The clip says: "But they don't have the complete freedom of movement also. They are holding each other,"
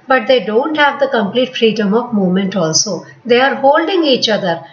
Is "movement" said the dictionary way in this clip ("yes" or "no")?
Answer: no